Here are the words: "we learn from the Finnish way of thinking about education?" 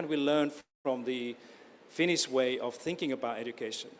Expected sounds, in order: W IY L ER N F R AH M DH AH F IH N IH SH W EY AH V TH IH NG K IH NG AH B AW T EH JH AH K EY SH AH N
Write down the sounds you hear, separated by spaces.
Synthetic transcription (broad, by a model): W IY L ER N F R AH M DH AH F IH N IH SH W EY AH V TH IH NG K IH NG AH B AW T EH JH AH K EY SH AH N